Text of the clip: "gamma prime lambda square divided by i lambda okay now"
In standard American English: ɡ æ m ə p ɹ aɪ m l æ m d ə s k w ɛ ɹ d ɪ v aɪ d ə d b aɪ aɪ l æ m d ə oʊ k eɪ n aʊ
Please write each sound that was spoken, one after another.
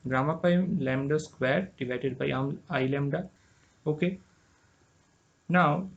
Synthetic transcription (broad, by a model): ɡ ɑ m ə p aɪ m l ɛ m d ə s k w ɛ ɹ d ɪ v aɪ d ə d b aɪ aɪ l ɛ m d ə oʊ k eɪ n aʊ